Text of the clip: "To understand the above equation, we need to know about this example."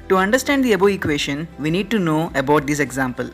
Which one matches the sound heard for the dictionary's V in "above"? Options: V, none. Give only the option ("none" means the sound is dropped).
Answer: none